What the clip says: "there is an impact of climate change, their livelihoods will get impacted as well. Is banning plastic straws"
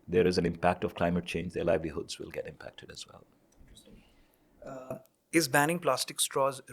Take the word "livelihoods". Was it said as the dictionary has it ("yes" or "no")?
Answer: yes